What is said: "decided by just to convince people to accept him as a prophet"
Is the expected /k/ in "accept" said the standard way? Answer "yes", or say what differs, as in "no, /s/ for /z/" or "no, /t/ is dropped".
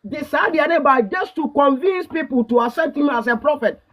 no, /k/ is dropped